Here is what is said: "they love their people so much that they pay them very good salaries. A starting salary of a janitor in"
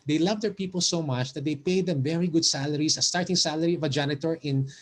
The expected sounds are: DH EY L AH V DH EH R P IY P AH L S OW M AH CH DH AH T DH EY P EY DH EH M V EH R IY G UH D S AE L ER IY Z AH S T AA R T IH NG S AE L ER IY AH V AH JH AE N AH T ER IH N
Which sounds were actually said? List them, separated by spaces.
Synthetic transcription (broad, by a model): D EY L AH V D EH R P IY P AH L S OW M AH CH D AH T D EY P EY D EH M V EH R IY G UH D S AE L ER IY S AH S T AA R T IH NG S AE L ER IY AH V AH JH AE N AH T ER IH N